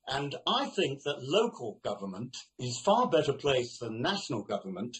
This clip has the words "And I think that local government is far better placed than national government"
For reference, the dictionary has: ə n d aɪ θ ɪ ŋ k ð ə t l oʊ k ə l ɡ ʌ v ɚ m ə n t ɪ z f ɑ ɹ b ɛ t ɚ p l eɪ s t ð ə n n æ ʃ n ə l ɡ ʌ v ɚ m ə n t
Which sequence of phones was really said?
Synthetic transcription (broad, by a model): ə n aɪ θ ɪ ŋ k ð ə t l oʊ k ə l ɡ ʌ v ɚ m ə n t ɪ z f ɑ ɹ b ɛ t ɚ p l eɪ s ð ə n n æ ʃ n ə l ɡ ʌ v ɚ m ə n t